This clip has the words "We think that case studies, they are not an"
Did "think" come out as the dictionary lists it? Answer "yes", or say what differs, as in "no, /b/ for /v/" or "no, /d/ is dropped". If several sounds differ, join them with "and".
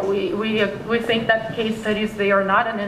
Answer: yes